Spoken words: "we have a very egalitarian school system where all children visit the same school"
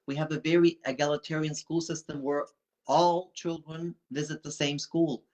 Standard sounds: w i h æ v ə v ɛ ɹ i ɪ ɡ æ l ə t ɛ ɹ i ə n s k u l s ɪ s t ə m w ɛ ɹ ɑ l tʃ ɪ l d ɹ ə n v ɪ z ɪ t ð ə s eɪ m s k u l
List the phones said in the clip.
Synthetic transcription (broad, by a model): w i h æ v ə v ɛ ɹ i ɪ ɡ æ l ə t ɛ ɹ i ə n s k u l s ɪ s t ə m w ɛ ɹ ɑ l tʃ ɪ l d ɹ ə n v ɪ z ɪ t ð ə s eɪ m s k u l